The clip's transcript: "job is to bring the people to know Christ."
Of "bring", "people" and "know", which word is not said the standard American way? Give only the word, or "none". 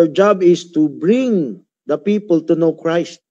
none